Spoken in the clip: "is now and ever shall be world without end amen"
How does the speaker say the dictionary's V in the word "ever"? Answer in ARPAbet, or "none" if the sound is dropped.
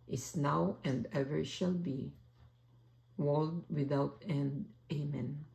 V